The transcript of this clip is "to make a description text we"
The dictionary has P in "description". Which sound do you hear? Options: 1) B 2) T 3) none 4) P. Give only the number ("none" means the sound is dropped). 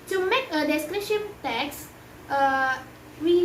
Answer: 3